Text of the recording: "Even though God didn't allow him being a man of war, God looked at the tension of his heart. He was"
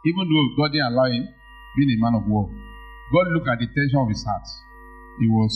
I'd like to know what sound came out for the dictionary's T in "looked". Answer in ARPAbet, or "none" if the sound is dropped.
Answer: none